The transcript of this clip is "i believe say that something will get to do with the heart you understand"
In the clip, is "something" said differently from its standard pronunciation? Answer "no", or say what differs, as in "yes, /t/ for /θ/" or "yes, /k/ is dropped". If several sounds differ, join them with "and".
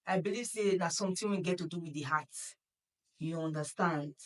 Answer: yes, /t/ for /θ/